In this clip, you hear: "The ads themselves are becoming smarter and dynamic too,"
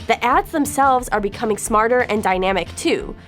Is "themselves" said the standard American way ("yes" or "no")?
yes